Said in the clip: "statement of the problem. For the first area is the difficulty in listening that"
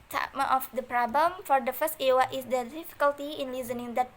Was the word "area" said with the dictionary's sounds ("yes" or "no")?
no